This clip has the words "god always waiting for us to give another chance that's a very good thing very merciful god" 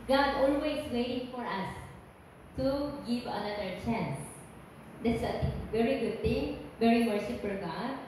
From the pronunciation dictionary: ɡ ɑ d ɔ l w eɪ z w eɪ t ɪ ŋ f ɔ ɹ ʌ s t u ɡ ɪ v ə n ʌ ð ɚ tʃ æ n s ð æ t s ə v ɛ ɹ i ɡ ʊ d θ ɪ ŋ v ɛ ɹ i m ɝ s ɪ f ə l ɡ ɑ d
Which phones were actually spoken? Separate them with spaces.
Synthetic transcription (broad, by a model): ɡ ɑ d ɔ l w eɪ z w eɪ t ɪ ŋ f ɔ ɹ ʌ s t u ɡ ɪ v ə n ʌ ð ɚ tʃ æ n s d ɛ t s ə v ɛ ɹ i ɡ ʊ d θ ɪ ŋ v ɛ ɹ i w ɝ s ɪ p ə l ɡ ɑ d